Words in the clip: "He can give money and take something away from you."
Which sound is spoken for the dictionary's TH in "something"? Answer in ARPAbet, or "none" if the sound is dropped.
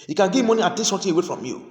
T